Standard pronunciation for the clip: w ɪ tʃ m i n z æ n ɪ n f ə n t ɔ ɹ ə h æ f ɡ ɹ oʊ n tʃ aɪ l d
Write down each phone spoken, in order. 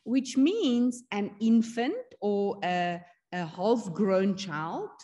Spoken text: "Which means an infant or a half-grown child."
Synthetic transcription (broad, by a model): w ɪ tʃ m i n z æ n ɪ n f ə n t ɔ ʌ ə h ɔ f ɡ ɹ oʊ n tʃ aɪ l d